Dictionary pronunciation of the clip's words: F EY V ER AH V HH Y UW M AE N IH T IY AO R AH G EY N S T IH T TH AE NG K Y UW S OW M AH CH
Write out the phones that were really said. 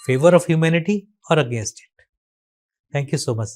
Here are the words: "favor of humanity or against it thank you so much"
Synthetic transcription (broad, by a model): F EY V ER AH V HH Y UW M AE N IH T IY AO R AH G EY N S T IH T T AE NG K Y UW S OW M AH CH